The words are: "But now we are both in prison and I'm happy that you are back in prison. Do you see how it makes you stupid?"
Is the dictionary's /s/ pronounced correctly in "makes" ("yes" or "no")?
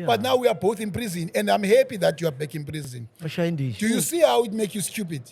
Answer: no